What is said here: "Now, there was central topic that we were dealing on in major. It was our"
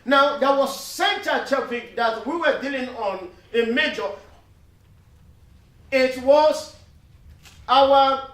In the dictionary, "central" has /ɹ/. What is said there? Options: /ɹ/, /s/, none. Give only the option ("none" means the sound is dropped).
none